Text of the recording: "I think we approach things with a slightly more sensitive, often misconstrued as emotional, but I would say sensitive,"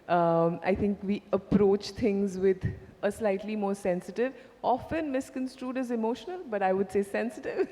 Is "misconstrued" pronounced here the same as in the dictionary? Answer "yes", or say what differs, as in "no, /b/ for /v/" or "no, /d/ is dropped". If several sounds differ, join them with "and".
yes